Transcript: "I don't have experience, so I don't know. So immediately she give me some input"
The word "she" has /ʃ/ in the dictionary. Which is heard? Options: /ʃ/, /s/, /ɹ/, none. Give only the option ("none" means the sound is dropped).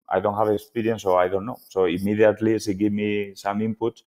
/s/